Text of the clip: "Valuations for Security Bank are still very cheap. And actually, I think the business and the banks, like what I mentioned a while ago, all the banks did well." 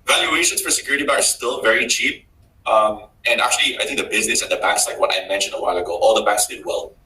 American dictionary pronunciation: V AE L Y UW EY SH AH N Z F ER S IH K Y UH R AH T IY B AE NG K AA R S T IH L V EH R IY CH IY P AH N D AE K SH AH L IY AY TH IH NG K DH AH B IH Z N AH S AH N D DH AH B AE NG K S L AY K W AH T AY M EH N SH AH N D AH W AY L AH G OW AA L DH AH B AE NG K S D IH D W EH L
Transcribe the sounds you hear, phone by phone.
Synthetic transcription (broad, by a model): V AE L Y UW EY SH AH N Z F ER S IH K Y UH R AH T IY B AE K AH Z S T IH L V EH R IY CH IY P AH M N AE K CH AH L IY AY TH IH NG K DH AH B IH Z N AH S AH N DH AH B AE K S L AY K W AH T AY M EH N SH AH N D AH W AY L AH G OW AA L DH AH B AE K S D IH D W EH L